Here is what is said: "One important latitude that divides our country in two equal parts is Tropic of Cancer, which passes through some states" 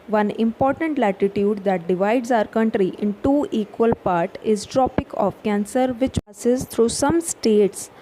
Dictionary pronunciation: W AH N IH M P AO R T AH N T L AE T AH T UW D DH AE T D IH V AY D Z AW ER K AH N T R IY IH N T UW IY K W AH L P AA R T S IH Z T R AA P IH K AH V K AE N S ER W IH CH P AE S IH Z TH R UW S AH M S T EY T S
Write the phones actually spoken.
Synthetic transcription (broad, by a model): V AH N IH M P AO R T AH N T L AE T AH T UW D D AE T D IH V AY D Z AW ER K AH N T R IY IH N T UW IY K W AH L P AA R T IH Z T R AA P IH K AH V K AE N S ER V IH CH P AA S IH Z T R UW S AH M S T EY T S